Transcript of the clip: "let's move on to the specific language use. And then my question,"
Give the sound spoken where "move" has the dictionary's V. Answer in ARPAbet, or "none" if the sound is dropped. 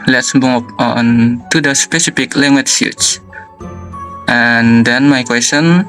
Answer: P